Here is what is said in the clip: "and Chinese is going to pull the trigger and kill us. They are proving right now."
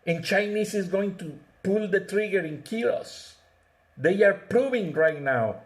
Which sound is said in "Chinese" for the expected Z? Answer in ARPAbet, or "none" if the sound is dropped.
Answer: S